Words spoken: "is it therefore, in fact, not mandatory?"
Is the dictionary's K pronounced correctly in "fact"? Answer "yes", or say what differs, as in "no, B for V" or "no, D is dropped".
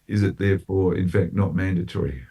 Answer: yes